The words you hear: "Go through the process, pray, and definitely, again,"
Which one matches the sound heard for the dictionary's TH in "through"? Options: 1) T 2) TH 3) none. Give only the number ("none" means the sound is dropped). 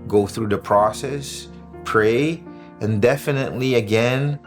2